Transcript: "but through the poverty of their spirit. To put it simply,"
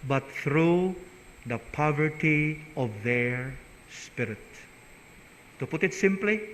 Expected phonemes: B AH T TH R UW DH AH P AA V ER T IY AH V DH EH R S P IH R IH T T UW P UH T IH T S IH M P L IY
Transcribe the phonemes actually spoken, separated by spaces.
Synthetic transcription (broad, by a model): B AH T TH R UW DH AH P AA V ER T IY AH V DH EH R S P IH R IH T T UW P UH T IH T S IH M P L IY